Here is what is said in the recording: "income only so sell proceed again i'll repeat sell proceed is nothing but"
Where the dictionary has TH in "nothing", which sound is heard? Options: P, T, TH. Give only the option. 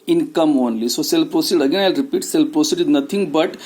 T